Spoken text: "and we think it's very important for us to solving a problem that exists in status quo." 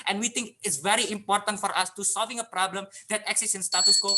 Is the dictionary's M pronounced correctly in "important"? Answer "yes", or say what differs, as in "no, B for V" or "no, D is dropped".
yes